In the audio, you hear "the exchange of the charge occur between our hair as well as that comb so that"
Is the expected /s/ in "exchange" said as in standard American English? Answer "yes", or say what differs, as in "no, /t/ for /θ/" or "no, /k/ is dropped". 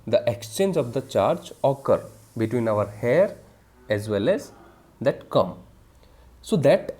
yes